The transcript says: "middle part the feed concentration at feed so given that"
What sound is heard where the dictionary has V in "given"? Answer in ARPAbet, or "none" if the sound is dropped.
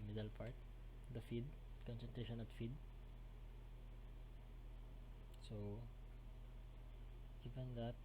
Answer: P